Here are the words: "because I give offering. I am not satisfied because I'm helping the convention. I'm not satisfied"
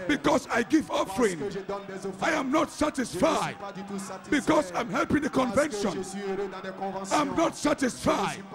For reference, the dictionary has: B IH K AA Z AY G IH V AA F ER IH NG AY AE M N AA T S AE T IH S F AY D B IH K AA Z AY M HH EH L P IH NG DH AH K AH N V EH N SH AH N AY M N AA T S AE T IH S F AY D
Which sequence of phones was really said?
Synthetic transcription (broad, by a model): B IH K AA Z AY G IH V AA F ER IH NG AY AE M N AA T S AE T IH S F AY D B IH K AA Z AY M HH EH L P IH NG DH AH K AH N V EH N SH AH N AY M N AA T S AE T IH S F AY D